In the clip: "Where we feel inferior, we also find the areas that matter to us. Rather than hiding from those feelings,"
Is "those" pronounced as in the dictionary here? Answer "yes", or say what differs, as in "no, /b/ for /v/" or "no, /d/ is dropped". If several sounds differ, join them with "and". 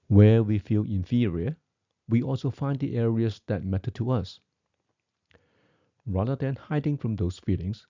no, /s/ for /z/